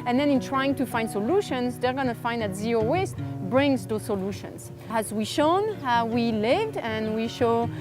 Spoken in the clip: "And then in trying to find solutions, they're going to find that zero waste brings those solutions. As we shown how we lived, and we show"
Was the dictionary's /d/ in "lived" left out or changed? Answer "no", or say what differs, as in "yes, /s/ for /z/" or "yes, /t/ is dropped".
no